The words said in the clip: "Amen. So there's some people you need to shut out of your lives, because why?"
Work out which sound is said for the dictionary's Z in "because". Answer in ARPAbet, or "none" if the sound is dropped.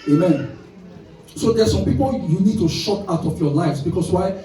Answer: S